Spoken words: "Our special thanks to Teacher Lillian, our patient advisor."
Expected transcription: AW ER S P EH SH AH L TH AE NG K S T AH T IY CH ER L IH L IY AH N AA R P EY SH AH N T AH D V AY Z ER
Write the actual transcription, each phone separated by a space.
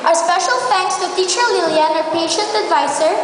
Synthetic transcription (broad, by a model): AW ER S P EH SH AH L F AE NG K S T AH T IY CH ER L IH L IY AH N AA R P EY SH AH N T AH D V AY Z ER